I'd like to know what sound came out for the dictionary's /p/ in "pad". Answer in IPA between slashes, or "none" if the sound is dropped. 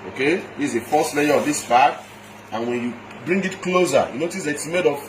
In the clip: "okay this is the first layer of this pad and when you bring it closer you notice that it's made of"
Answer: /b/